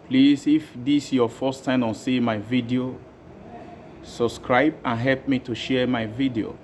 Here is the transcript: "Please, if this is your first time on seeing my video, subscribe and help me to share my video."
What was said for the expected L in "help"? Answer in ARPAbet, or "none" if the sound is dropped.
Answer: L